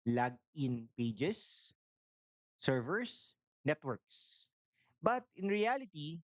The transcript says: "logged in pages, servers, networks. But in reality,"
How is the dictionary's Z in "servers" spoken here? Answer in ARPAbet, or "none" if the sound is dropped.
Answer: S